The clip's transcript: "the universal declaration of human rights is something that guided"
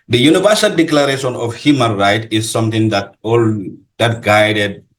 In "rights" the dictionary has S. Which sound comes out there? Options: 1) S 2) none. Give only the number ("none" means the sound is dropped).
2